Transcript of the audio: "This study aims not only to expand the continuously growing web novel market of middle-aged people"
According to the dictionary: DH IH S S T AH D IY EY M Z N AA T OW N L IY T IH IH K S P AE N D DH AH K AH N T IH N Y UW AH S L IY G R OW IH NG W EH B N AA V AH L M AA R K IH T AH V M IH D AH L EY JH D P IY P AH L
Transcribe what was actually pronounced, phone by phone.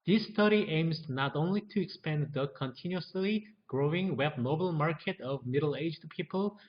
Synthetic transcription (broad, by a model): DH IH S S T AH D IY EY M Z N AA T OW N L IY T IH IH K S P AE N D DH AH K AH N T IH N Y UW AH S L IY G R OW IH NG W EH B N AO AH L M AA R K IH T AH V M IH D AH L EY JH D P IY P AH L